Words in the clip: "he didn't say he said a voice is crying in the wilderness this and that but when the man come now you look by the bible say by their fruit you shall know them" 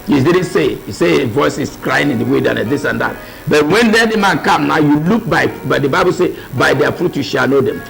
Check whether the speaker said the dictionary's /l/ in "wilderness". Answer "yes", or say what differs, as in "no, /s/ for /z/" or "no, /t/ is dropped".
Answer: no, /l/ is dropped